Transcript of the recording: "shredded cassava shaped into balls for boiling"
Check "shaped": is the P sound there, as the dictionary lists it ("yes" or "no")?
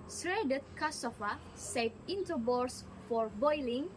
no